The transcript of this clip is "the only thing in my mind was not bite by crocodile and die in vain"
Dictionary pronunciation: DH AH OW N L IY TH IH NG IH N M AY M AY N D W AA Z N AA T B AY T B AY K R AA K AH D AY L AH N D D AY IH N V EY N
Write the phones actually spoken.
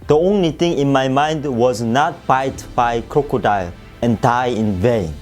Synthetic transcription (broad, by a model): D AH OW N L IY T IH NG IH N M AY M AY N D W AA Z N AA T B AY T B AY K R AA K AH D AY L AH N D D AY IH N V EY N